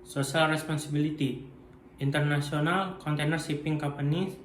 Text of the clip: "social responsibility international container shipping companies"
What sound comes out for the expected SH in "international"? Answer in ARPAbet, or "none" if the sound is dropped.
S